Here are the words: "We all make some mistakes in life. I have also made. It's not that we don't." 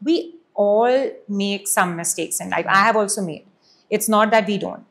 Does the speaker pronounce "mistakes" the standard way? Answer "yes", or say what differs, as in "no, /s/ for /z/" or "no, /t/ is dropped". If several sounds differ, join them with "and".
yes